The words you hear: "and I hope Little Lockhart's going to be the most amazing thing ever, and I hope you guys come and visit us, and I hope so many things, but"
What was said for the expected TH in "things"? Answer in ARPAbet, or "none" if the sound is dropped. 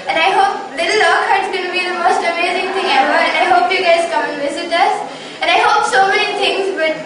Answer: T